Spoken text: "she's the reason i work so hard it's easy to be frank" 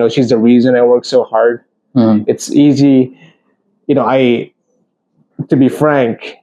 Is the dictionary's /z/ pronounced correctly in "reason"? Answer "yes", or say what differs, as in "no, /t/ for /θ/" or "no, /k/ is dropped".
yes